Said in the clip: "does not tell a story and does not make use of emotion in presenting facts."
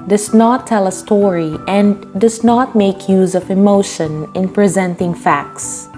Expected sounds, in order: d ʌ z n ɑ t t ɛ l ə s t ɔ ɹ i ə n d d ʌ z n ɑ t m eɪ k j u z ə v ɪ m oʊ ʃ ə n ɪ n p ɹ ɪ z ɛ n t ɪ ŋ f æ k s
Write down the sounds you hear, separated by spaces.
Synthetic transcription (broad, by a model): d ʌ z n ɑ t t ɛ l ə s t ɔ ɹ i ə n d d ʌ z n ɑ t m eɪ k j u z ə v ɪ m oʊ ʃ ə n ɪ n p ɹ ɪ z ɛ n t ɪ ŋ f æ k s